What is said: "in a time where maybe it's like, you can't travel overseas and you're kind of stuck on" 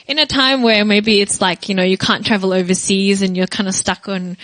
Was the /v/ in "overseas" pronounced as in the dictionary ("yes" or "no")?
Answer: yes